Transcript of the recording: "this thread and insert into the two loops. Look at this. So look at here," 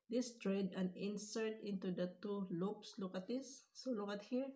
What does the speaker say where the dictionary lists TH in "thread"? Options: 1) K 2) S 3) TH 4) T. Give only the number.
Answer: 4